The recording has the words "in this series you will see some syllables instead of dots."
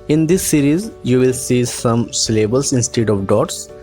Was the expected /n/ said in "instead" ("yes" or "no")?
yes